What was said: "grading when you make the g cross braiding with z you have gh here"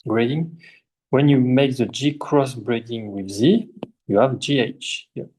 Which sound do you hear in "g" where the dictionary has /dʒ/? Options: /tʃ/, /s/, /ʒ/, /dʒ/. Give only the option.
/dʒ/